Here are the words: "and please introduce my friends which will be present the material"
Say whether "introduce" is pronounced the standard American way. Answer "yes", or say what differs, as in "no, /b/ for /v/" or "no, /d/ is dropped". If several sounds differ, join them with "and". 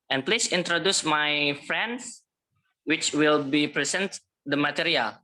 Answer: yes